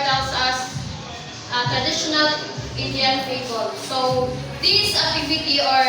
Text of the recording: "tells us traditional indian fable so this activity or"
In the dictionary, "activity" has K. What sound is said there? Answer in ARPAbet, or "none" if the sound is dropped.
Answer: none